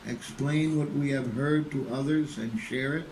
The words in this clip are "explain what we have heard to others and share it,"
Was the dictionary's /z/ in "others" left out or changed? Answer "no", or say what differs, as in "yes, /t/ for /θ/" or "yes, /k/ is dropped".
no